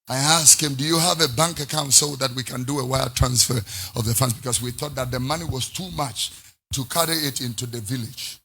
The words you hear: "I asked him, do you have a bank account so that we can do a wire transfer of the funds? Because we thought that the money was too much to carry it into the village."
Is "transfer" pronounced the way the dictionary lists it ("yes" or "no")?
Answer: yes